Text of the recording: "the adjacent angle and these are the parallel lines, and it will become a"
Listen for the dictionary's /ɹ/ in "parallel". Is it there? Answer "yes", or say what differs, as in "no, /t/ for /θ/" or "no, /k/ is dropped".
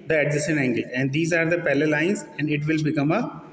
no, /l/ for /ɹ/